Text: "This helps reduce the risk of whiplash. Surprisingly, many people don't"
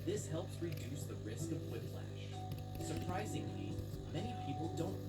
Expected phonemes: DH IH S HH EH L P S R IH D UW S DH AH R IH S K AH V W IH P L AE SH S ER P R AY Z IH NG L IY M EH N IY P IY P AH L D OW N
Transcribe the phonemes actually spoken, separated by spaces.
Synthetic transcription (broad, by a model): DH IH S HH EH L P S R IH D UW S DH AH R IH S K AH V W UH F L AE SH S ER P R AY Z IH NG L IY M EH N IY P IY P L D OW N